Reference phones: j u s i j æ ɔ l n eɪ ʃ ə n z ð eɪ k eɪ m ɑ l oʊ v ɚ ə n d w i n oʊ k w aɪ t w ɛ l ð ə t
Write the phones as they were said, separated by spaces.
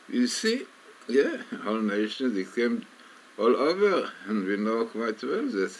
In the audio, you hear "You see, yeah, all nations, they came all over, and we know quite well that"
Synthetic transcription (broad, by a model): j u s i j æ ɔ l n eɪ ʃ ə n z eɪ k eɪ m ɑ l oʊ v ɚ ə n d w i n oʊ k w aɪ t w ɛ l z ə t